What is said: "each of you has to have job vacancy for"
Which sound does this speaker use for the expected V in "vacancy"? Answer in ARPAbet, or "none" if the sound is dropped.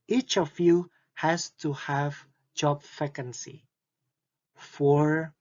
F